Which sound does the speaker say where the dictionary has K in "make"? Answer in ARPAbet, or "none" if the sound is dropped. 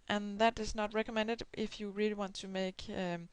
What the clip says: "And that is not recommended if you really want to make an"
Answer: none